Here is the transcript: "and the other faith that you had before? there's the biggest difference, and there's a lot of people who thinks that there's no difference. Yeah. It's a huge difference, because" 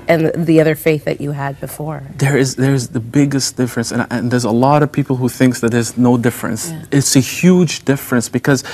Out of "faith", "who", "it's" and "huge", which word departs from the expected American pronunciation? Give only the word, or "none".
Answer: none